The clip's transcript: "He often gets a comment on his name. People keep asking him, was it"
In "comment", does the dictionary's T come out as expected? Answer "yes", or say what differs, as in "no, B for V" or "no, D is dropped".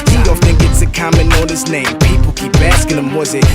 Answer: no, T is dropped